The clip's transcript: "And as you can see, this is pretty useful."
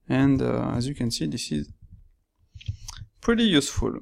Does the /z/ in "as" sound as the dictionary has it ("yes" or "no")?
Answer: yes